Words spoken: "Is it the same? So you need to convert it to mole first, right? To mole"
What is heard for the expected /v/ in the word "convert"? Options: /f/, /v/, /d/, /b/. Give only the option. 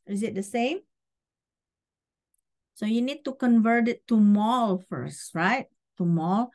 /v/